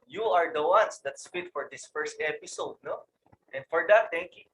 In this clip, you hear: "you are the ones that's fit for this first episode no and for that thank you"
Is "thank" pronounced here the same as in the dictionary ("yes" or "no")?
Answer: no